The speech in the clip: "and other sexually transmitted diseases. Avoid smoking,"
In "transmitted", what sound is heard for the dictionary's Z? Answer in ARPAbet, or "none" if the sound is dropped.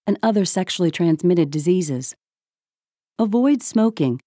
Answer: Z